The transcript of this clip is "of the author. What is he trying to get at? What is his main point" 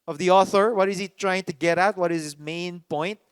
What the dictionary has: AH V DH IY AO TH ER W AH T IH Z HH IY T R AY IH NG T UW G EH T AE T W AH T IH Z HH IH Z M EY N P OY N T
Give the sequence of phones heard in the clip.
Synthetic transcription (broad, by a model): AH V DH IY AO TH ER W AH T IH Z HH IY T R AY IH NG T UW G EH T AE T W AH T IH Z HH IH S M EY N P OY N T